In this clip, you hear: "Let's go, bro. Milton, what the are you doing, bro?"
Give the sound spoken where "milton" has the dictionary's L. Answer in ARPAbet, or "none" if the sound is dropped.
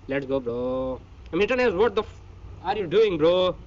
none